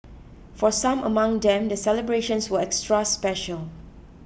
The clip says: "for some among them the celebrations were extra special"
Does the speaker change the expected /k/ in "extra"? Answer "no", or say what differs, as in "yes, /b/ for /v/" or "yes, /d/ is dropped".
no